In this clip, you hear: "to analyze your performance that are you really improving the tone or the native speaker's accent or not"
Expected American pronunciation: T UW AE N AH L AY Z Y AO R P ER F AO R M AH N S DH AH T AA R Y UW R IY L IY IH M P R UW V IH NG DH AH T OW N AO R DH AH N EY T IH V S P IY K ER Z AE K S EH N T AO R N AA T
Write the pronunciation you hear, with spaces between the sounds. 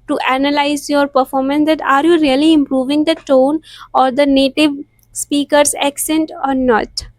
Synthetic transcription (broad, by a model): T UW AE N AH L AY Z Y AO R P ER F AO R M AH N S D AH T AA R Y UW R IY L IY IH M P R UW V IH NG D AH T OW N AO R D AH N EY T IH V S P IY K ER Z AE K S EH N T AO R N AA T